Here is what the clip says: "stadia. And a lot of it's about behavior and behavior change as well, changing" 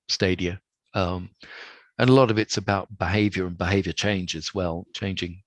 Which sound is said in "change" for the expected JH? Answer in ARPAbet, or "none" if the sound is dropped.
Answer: JH